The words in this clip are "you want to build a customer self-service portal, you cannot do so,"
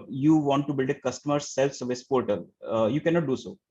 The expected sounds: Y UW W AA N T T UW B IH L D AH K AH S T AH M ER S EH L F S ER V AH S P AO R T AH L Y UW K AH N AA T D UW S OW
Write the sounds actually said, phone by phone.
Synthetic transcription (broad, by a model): Y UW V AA N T T UW B IH L D AH K AH S T AH M ER S EH L F S ER V AH S P AO R T AH L Y UW K AH N AA T D UW S OW